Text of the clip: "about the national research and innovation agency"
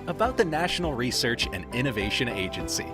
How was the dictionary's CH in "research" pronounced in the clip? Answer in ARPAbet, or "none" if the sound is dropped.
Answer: CH